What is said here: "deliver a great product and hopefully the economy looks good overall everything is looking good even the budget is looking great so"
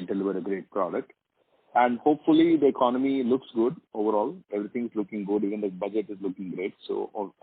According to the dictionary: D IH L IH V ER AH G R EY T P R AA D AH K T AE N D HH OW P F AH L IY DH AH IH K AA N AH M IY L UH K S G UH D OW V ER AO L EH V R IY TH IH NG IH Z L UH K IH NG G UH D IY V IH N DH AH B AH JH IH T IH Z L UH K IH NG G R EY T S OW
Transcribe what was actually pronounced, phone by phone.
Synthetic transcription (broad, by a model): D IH L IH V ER AH G R EY T P R AA D AH K T AE N D HH OW P F AH L IY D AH IH K AA N AH M IY L UH K S G UH D OW V ER AO L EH V R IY T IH NG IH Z L UH K IH NG G UH D IY V IH N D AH B AH JH IH T IH Z L UH K IH NG G R EY T S OW